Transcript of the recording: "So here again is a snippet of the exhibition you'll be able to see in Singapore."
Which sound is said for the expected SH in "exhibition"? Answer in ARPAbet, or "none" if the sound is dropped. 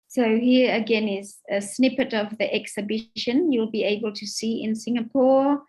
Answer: SH